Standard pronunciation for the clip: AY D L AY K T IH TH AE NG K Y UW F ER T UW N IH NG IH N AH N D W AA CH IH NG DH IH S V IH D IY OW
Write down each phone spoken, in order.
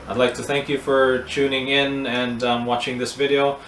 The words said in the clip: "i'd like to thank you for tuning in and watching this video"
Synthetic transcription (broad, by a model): AY D L AY K T IH TH AE NG K Y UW F ER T UW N IH NG IH N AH N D W AA CH IH NG DH IH S V IH D IY OW